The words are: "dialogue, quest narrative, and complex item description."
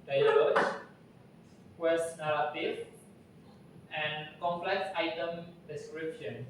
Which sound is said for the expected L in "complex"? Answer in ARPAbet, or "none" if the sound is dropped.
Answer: L